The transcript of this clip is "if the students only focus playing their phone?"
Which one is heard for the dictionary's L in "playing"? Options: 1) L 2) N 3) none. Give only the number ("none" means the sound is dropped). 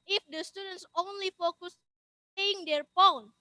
3